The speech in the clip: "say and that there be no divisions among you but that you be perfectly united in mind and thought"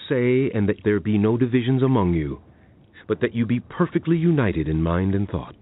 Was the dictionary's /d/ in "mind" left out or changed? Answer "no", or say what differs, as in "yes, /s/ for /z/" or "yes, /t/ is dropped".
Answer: no